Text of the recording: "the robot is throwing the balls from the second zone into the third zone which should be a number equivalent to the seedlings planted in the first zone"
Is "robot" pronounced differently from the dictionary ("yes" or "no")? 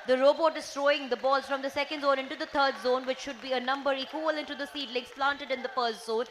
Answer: no